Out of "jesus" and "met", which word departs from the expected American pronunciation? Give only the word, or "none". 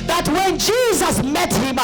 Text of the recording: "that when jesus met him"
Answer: none